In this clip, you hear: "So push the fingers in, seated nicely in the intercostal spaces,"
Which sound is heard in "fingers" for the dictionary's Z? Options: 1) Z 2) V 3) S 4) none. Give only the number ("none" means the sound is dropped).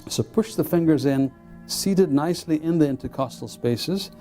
1